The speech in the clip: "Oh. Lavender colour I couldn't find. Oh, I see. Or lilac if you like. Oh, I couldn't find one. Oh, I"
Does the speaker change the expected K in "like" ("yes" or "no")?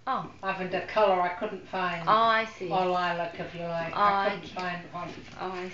yes